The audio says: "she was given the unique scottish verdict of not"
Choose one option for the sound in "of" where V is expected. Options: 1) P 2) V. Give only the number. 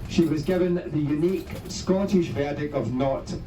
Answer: 2